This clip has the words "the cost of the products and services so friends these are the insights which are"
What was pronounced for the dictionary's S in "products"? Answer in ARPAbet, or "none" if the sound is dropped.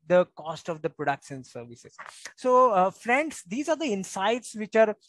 SH